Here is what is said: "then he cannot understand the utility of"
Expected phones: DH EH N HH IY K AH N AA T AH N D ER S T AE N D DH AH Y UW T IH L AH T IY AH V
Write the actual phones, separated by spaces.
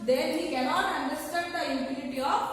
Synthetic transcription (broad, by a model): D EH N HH IY K AH N AA T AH N D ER S T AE N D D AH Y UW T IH N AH T IY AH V